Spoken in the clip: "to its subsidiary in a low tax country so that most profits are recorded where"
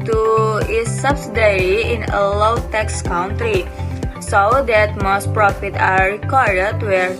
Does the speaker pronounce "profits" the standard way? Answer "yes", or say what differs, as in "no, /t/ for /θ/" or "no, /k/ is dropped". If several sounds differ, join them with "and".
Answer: no, /s/ is dropped